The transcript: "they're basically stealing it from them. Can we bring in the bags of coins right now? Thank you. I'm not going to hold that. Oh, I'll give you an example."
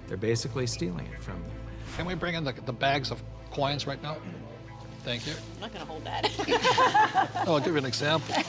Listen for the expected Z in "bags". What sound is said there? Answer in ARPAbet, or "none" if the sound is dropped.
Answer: Z